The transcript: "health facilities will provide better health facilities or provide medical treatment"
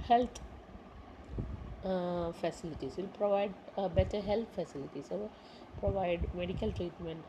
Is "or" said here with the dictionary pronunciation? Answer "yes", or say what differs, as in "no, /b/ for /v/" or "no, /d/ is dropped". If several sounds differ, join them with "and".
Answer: no, /l/ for /ɹ/